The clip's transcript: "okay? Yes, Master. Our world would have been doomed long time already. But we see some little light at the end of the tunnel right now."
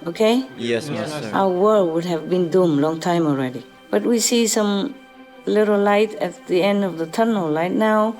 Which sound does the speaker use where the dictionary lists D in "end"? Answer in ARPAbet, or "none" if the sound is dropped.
D